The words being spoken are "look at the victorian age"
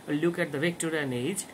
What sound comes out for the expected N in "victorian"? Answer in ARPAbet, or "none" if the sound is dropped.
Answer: N